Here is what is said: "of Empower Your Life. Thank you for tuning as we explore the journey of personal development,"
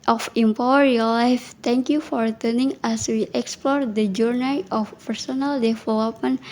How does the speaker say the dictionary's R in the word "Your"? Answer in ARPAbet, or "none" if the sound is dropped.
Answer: L